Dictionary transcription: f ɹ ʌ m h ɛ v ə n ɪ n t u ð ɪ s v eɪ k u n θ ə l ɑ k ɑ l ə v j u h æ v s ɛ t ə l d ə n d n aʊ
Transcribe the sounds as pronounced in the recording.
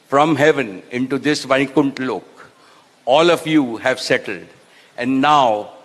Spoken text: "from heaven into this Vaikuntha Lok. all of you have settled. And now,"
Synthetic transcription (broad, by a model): f ɹ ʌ m h ɛ v ə n ɪ n t u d ɪ s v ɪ k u n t l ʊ k ɑ l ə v j u h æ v s ɛ t ə l d ə n d n aʊ